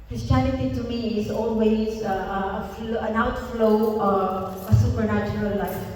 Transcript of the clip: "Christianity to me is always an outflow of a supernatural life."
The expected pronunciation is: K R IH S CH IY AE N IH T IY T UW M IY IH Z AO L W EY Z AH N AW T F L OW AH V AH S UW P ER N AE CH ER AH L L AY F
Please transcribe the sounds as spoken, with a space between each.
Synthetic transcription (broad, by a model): K R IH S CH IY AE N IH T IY T UW M IY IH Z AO N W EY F AH N AW T F L OW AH AH S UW P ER N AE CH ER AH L L AY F